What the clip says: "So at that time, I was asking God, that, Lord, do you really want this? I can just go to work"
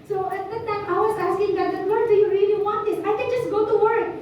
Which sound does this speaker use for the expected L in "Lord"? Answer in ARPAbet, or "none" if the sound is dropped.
W